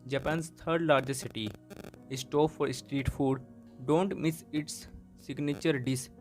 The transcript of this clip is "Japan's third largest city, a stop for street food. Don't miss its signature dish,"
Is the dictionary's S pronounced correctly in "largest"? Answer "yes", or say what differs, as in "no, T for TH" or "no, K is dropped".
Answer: no, S is dropped